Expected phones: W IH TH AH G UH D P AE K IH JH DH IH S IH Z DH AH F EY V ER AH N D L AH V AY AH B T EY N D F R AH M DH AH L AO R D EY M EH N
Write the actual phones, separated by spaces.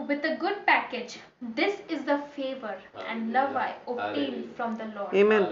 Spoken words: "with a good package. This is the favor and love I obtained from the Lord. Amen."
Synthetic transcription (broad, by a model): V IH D AH G UH D P AE K IH JH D IH S IH Z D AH F EY V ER AH N D L AH V AY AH T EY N F R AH M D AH L AO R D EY M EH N